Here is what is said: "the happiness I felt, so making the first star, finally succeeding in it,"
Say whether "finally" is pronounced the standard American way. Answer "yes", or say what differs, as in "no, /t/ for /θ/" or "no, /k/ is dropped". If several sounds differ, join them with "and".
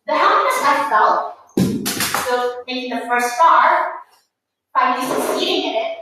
no, /n/ is dropped and /l/ is dropped